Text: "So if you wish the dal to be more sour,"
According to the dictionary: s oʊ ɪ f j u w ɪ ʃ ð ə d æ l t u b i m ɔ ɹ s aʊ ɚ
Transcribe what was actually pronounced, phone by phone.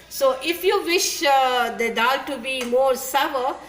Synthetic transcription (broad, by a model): s oʊ ɪ f j u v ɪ ʃ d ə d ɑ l t u b i m ɔ ɹ s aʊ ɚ